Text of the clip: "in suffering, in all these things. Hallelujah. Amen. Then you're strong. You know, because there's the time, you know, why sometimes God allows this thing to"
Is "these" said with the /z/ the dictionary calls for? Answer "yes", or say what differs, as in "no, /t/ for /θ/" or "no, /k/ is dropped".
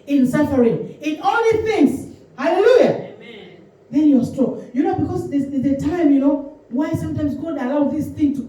no, /z/ is dropped